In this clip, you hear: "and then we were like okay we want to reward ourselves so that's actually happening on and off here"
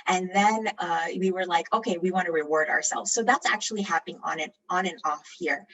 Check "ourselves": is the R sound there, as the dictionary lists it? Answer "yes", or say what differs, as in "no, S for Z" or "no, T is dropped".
yes